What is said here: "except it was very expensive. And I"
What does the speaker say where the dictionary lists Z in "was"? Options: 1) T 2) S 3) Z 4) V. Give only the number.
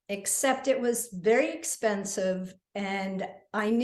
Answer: 3